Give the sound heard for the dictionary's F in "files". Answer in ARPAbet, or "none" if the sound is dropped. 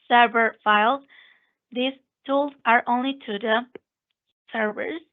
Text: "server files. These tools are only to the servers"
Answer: F